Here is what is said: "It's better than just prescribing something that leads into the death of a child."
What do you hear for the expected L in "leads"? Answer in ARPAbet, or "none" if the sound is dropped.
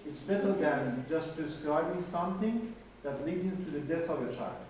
L